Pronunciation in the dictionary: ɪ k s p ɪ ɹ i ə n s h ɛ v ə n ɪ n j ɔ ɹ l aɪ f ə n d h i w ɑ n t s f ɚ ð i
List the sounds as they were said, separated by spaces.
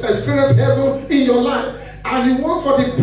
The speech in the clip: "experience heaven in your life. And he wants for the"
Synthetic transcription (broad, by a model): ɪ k s p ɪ ɹ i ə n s h ɛ v ə n ɪ n j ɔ l aɪ f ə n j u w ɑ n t f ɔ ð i